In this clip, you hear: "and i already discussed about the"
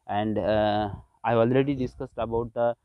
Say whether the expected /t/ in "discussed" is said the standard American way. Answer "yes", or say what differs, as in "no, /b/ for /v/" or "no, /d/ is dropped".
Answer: yes